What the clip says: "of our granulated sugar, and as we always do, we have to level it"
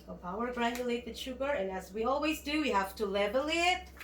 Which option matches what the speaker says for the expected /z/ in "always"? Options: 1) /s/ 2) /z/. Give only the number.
2